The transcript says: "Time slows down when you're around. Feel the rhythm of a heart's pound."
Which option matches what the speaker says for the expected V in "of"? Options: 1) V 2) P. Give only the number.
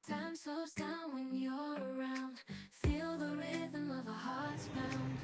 1